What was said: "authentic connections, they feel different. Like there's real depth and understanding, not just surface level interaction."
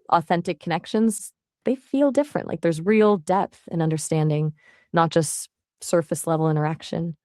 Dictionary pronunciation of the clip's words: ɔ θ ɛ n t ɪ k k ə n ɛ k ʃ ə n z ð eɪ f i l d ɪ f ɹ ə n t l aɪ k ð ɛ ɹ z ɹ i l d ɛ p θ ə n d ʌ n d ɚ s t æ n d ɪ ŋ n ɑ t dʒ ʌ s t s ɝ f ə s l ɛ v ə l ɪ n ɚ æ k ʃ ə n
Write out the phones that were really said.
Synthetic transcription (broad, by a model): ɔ θ ɛ n t ɪ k k ə n ɛ k ʃ ə n z ð eɪ f i l d ɪ f ɹ ə n t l aɪ k ð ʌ ɹ z ɹ i l d ɛ p θ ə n ʌ n d ɚ s t æ n d ɪ ŋ n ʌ t dʒ ʌ s t s ɝ f ə s l ɛ v l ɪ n ɚ æ k ʃ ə n